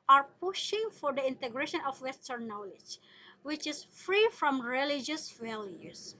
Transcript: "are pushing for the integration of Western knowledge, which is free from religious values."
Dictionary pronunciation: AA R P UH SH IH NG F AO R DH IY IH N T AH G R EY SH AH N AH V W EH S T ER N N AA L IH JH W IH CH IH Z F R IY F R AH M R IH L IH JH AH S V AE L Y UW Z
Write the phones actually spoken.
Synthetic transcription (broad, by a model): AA R P UH SH IH NG F AO R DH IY IH N T AH G R EY SH AH N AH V W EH S T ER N N AA L IH JH W IH CH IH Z F R IY F R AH M R IH L IH JH AH S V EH L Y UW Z